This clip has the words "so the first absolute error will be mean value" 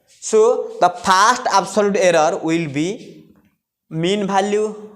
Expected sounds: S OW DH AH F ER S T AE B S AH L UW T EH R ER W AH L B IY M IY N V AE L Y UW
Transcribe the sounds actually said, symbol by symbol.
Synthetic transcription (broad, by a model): S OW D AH P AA S T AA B S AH L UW T EH R ER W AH L B IY M IY N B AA L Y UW